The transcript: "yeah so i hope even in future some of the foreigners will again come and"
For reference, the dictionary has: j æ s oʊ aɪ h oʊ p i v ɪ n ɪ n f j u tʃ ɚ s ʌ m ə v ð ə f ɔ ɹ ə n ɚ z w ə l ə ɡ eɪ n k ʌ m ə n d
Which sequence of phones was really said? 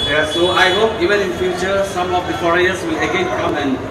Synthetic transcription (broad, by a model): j s oʊ aɪ h oʊ p i v ɪ n ɪ n f j u tʃ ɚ s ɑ m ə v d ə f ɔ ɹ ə ɚ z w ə l ə ɡ eɪ n k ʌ m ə n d